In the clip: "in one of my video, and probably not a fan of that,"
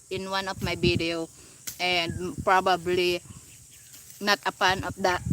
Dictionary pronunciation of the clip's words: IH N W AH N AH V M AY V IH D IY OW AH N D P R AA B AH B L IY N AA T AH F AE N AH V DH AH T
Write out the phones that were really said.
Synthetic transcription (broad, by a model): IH N W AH N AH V M AY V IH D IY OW AH N D P R AA B AH B L IY N AA T AH P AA N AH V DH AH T